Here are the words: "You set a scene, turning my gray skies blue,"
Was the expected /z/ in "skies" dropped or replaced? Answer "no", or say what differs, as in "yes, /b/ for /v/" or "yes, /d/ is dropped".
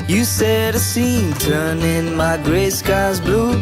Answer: no